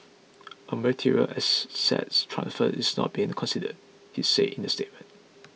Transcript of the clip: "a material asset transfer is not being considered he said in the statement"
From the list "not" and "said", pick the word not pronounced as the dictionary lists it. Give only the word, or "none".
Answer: said